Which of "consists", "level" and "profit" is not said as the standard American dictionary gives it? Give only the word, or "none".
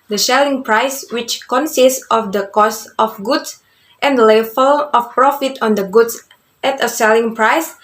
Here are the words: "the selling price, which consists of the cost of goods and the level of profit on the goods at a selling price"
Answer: level